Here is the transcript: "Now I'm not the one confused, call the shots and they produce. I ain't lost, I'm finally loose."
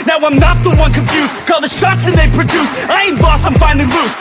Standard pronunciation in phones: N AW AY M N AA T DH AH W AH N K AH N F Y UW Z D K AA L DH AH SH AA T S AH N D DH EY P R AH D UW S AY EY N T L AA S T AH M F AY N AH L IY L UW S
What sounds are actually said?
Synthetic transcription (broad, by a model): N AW AY M N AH T DH AH W AH N K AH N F Y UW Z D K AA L DH AH SH AA T S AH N DH EY P R AH D UW S AY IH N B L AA S AH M F AY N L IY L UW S